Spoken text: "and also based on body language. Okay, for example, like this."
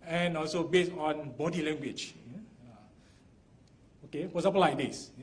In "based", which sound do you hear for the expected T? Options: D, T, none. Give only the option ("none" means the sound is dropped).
none